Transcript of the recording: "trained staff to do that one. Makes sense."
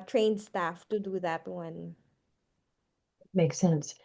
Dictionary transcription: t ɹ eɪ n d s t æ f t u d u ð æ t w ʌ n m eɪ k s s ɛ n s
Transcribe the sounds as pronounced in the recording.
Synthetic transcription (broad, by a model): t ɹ eɪ n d s t æ f t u d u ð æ t w ʌ n m eɪ k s s ɛ n s